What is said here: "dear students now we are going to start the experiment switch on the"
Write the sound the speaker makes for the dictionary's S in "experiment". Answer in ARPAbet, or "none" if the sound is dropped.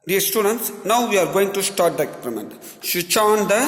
none